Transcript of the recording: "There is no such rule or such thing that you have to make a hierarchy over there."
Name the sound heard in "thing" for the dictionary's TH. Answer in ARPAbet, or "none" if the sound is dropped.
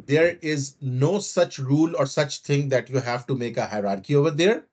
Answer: T